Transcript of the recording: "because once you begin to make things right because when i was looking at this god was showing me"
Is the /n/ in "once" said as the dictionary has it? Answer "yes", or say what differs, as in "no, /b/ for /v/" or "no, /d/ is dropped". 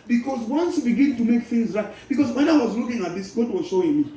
yes